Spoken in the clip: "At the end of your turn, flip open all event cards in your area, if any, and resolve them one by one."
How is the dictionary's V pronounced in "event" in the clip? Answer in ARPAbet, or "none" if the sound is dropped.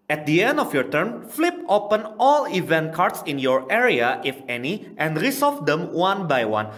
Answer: V